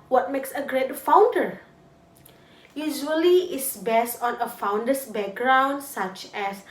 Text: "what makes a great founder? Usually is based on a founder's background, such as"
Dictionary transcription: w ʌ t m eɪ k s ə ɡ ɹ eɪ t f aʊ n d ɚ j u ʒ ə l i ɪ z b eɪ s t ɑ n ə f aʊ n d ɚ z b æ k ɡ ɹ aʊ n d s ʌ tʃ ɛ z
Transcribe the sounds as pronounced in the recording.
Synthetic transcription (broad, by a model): w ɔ t m eɪ k s ə ɡ ɹ eɪ t f aʊ n d ɚ j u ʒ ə l i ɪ s b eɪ s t ɑ n ə f aʊ n d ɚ s b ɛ k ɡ ɹ aʊ n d s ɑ tʃ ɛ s